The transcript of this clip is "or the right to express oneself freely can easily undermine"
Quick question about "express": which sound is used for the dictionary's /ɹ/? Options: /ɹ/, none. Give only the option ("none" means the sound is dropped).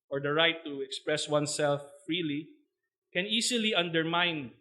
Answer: /ɹ/